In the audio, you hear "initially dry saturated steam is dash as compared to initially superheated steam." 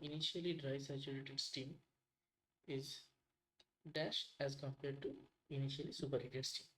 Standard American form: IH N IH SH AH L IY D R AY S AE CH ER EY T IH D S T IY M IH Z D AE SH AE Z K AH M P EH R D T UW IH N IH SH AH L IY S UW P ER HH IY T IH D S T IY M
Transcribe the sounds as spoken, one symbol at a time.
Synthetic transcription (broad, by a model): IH N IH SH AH L IY D R AY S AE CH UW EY T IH D S T IY M IH Z D AE SH AE Z K AH M P EH R D T UW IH N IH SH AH L IY S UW P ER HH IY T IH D S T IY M